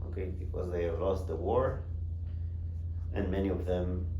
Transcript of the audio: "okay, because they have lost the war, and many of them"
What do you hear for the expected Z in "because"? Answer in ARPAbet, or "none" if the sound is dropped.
Z